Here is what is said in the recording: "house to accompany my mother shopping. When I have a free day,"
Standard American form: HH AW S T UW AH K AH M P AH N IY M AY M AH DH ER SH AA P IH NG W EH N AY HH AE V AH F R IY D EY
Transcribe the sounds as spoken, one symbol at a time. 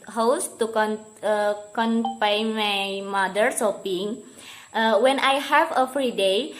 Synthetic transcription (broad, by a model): HH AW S T UW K K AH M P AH IY M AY M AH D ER S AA P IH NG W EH N AY HH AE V AH F R IY D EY